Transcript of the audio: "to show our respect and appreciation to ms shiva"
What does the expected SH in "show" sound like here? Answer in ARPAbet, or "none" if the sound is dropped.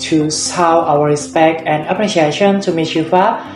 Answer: S